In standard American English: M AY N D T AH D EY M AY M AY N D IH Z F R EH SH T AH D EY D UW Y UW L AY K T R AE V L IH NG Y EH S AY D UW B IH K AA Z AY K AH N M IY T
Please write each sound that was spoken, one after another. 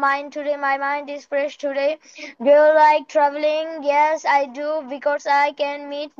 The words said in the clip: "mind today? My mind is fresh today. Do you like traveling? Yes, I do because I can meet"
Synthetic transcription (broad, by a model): M AY N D T AH D EY M AY M AY N D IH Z F R EH SH T AH D EY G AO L L AY K T R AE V L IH NG Y EH S AY D UW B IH K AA S AY K AH N M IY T